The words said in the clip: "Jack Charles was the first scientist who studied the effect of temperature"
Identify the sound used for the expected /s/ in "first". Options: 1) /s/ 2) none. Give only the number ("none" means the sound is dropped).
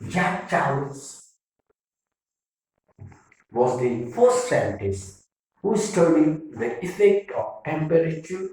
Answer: 1